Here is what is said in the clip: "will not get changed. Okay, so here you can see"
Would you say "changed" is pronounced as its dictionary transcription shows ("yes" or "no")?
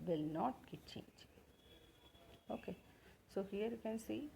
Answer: no